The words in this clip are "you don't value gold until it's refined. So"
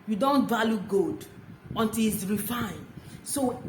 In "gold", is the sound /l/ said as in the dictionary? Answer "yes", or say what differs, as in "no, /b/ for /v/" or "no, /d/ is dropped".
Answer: no, /l/ is dropped